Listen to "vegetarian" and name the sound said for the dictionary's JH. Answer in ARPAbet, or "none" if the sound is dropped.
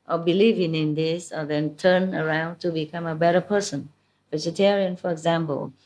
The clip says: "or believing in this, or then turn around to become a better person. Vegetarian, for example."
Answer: JH